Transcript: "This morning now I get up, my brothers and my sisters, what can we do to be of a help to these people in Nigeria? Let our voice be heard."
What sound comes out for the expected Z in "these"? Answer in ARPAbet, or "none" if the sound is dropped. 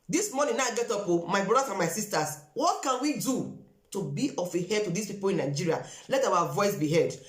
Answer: S